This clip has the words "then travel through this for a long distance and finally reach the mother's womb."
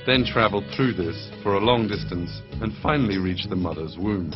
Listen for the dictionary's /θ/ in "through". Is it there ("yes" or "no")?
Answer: yes